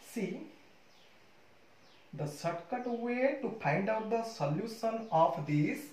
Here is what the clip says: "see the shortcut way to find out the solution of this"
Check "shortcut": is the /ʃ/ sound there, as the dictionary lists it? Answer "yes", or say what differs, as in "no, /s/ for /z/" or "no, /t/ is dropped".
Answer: no, /s/ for /ʃ/